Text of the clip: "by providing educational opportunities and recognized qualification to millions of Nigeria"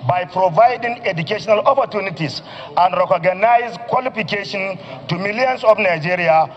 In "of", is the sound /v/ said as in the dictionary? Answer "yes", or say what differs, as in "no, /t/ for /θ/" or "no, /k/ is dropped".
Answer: no, /f/ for /v/